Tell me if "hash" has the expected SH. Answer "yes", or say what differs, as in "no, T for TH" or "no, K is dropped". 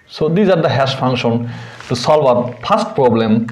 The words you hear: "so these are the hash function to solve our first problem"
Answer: no, S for SH